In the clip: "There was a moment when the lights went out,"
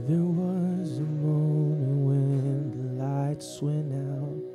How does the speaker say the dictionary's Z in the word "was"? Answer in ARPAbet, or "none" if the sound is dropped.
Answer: Z